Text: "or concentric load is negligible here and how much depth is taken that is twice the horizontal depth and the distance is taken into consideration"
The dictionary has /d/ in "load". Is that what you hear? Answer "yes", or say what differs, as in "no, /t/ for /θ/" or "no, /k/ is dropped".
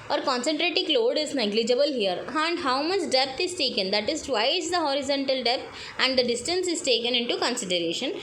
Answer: yes